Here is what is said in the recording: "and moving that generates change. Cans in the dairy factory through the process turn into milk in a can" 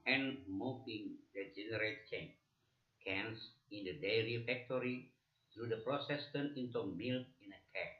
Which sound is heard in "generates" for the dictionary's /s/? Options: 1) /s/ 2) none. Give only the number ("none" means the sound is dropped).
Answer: 2